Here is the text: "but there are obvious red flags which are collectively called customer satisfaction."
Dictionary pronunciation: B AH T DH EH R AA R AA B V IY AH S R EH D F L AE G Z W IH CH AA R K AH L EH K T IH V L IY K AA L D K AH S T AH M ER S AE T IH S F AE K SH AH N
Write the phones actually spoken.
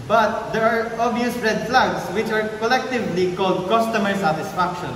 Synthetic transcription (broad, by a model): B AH T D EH R AA R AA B IY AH S R EH D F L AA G S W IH CH AA R K AH L EH K T IH V L IY K AA L D K AH S T AH M ER S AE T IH S F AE K SH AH N